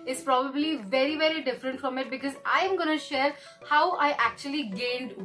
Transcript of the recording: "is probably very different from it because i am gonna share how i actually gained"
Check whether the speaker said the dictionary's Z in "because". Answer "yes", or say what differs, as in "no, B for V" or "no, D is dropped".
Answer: yes